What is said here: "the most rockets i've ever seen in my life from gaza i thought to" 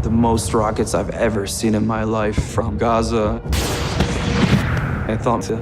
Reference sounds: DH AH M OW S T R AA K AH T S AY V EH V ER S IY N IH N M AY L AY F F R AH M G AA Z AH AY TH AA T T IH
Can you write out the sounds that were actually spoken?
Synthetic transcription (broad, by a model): DH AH M OW S T R AA K AH T S AY V EH V ER S IY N IH N M AY L AY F F R AH M G AA Z AH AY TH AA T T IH